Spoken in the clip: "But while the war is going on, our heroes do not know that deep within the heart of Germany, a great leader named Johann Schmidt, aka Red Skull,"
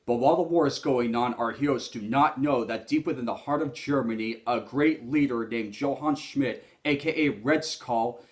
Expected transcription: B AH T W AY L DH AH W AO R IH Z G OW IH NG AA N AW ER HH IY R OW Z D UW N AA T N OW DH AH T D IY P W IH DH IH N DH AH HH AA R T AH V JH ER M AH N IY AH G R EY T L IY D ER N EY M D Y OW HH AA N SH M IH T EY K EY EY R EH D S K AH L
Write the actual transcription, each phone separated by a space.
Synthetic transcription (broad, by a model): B AH T W AY L DH AH W AO R IH Z G OW IH NG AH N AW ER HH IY OW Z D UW N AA T N OW DH AH T D IY P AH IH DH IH N DH AH HH AA R T AH V JH ER M AH N IY AH G R EY T L IY D ER N EY M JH OW HH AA N SH M IH T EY K EY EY R EH D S K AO L